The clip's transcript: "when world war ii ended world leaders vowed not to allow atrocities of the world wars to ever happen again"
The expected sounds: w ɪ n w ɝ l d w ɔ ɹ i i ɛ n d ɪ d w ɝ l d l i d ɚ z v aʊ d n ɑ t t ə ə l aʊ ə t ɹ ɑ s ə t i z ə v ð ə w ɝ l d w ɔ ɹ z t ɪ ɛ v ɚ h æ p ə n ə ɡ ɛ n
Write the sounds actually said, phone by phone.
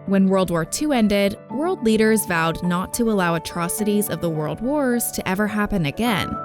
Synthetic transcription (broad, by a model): w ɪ n w ɝ l d w ɔ ɹ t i ɛ n d ɪ d w ɝ l d l i d ɚ z v aʊ d n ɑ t t ə ə l aʊ ə t ɹ ɑ s ə t i z ə v ð ə w ɝ l d w ɔ ɹ z t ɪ ɛ v ɚ h æ p ə n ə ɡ ɛ n